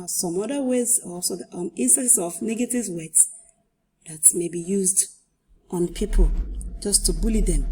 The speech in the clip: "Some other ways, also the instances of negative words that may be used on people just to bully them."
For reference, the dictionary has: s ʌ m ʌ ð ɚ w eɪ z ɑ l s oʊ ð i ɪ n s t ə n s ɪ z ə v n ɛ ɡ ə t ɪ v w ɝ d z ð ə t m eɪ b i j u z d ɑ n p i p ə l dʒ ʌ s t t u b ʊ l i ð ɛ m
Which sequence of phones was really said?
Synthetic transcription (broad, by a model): s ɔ m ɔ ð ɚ w eɪ z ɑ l s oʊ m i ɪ n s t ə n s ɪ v n ɛ ɡ ə t ɪ v w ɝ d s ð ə t m eɪ b i j u z d ɑ n p i p ə l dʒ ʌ s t t u b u l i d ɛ m